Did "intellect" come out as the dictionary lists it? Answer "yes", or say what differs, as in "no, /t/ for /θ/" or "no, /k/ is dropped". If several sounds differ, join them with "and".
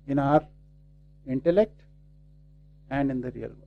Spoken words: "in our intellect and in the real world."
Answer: yes